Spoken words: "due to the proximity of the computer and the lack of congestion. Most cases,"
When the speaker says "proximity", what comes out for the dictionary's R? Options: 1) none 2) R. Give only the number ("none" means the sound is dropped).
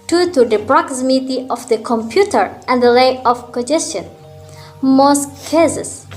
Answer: 2